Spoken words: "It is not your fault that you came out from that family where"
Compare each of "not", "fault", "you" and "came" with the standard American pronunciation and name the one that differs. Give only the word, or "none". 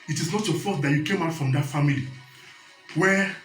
fault